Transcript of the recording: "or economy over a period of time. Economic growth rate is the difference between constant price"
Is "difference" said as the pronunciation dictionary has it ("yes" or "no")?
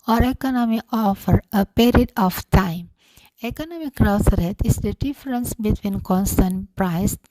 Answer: yes